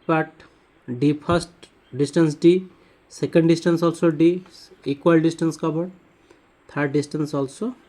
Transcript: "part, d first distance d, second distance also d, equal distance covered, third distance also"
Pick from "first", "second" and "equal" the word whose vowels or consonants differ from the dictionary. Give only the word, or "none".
first